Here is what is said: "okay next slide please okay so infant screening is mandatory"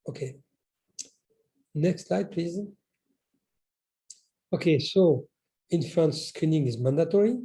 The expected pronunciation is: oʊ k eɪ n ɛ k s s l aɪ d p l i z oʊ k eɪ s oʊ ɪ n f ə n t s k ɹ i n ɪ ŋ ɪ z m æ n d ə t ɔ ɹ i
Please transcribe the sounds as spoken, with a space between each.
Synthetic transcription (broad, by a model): oʊ k eɪ n ɛ k s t l aɪ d p l i z oʊ k eɪ s oʊ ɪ n f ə n s k ɹ i n ɪ ŋ ɪ z m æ n d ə t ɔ ɹ i